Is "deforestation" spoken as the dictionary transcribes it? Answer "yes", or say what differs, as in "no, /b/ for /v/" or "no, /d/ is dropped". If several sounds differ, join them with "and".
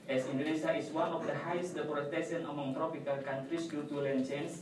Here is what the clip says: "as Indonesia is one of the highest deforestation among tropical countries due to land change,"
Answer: no, /p/ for /f/